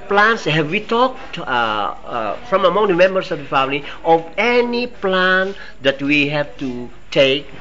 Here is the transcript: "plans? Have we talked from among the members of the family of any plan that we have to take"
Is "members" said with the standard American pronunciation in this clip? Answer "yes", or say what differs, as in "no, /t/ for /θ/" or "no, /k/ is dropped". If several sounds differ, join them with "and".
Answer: no, /s/ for /z/